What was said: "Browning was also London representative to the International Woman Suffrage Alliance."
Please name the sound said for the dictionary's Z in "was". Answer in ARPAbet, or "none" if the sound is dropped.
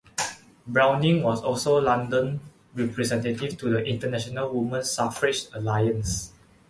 S